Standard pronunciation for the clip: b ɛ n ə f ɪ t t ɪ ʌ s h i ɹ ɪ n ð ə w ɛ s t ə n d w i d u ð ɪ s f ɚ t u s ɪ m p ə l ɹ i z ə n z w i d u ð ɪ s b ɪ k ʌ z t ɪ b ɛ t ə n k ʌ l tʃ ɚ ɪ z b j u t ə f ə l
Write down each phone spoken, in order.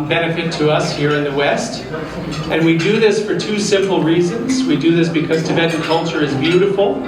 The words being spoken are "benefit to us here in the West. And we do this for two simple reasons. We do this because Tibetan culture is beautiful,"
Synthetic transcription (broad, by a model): b ɛ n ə f ɪ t t ɪ ʌ s h i ɹ ɪ n ð ə w ɛ s t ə n w i d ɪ ð ɪ s f ɚ t u s ɪ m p l ɹ i z ə n z w i d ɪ ð ɪ s b ɪ k ʌ z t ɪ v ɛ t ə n k ʌ l tʃ ɚ ɪ z b j u t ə f l